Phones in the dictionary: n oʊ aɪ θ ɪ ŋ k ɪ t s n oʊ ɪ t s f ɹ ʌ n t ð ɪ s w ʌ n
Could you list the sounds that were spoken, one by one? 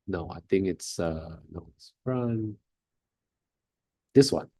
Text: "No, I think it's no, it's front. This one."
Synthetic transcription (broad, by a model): n oʊ aɪ θ ɪ ŋ k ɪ t s n oʊ ɪ t s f ɹ ʌ n ð ɪ s w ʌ n